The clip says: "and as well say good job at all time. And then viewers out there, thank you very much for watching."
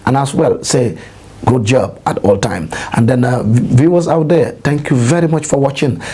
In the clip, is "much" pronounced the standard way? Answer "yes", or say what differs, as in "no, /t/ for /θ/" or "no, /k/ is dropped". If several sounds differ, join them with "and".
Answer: yes